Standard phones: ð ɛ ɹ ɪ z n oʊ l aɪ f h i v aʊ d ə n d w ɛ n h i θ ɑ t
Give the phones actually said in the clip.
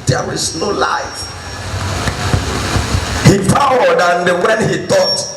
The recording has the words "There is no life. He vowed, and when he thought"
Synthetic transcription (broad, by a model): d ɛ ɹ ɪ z n oʊ l aɪ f h i p aʊ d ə n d w ɛ n h i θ ɑ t